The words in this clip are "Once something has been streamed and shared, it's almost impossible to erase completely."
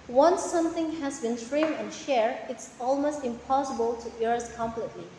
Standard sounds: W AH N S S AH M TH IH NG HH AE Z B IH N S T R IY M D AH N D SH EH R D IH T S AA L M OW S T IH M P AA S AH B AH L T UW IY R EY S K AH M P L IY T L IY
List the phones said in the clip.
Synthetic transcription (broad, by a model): W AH N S S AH M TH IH NG HH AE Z B IH N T R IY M AH N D SH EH R IH T S AA L M OW S T IH M P AA S AH B AH L T UW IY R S K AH M P L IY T L IY